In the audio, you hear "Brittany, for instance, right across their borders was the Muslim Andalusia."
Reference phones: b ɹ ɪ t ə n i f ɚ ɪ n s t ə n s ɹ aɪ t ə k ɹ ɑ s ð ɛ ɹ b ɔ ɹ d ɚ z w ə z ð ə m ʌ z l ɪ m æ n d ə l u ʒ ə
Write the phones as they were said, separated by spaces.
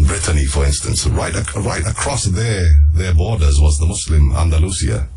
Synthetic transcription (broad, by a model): b ɹ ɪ t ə n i f ɚ ɪ n s t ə n s ɹ aɪ t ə k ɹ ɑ s ð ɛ ɹ b ɔ ɹ d ɚ z w ə z ð ə m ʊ s l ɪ m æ n d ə l u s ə